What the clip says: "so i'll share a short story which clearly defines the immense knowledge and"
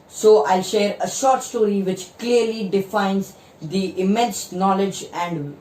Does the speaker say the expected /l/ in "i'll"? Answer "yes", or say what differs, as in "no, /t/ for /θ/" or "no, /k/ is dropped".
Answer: yes